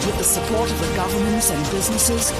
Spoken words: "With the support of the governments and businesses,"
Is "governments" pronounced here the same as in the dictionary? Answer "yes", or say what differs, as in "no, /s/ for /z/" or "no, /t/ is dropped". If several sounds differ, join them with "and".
yes